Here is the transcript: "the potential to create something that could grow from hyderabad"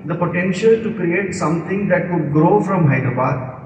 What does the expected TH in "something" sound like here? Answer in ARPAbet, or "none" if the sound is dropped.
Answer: T